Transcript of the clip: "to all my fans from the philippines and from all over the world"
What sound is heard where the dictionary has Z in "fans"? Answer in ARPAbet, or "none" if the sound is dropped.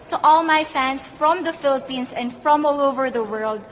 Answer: S